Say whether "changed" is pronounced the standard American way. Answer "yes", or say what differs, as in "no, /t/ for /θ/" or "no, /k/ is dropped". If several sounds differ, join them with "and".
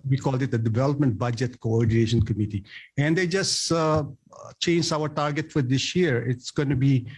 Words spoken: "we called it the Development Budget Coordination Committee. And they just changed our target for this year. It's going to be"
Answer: no, /d/ is dropped